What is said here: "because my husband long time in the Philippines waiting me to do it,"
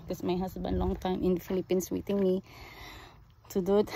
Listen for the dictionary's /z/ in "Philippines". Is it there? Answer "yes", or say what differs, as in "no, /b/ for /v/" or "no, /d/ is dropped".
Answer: no, /s/ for /z/